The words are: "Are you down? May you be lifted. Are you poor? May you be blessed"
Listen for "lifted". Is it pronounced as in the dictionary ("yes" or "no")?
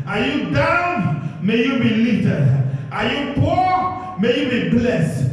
no